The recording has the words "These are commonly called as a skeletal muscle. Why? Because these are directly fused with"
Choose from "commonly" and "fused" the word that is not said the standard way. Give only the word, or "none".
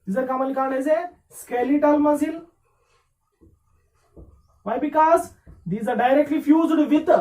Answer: commonly